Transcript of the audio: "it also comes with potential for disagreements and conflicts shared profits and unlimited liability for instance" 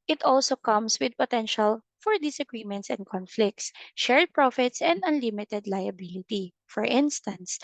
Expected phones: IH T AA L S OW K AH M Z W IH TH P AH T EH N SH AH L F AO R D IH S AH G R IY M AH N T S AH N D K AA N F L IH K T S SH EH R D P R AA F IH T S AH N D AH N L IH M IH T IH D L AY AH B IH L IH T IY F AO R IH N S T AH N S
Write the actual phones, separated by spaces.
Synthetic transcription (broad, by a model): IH T AA L S OW K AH M S W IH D P AH T EH N SH AH L F AO R D IH S AH G R IY M AH N T S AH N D K AA N F L IH K T S SH EH R D P R AA F IH T S AH N D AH N L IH M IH T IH D L AY AH B IH L IH T IY F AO R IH N S T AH N S